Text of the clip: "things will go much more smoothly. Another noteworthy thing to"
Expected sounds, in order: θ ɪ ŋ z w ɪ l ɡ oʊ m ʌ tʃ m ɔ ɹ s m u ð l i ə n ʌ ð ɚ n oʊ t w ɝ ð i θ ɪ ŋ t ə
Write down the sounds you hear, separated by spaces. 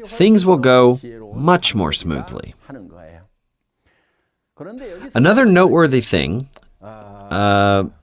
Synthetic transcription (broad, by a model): θ ɪ ŋ z w ɪ l ɡ oʊ m ʌ tʃ m ɔ ɹ s m u ð l i ə n ʌ ð ɚ n oʊ t w ɝ ð i θ ɪ ŋ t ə